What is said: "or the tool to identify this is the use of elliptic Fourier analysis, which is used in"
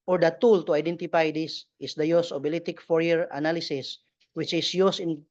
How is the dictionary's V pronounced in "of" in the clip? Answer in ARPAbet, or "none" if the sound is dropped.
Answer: B